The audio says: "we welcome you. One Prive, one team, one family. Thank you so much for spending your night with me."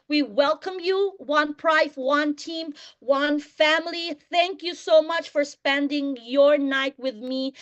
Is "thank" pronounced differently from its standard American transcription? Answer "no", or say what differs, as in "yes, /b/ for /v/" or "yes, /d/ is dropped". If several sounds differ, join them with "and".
no